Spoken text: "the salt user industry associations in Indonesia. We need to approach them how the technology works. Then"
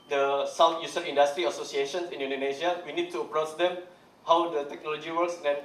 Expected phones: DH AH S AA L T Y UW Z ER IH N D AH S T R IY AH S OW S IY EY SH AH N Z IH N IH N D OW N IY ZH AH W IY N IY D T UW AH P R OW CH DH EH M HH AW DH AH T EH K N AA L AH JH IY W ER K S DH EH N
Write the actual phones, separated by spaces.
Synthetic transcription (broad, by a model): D AH S AA W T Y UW S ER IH N D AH S T R IY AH S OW S IY EY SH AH N S IH N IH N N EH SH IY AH W IY N IY D T UW AH P R OW CH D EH M HH AW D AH T EH K N AA L AH JH IY W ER K S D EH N